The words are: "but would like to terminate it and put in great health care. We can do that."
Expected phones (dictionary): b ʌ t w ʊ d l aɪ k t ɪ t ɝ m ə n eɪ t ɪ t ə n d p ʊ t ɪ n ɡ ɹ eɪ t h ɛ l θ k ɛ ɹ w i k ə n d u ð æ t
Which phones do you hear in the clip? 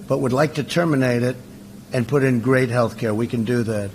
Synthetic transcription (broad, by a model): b ʌ t w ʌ d l aɪ k t ɪ t ɝ m ə n eɪ t ɪ t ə n p ʊ t ɪ n ɡ ɹ eɪ t h ɛ l θ k ɛ ɹ w i k ə n d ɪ ð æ t